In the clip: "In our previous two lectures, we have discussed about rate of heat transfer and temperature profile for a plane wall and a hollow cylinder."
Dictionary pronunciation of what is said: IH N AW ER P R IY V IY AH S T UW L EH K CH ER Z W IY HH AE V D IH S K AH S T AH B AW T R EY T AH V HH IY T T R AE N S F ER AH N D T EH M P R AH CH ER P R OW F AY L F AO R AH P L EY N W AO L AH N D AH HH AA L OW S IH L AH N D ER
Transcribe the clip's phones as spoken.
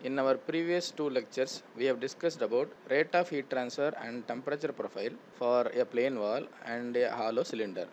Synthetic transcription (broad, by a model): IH N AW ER P R IY V IY AH S T UW L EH K CH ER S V IY HH AE V D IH S K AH S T AH B AW T R EY T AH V HH IY T T R AE N S F ER AH N D T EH M P R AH CH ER P R OW F AY L F AO R AH P L EY N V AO L AH N D AH HH AA L OW S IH L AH N D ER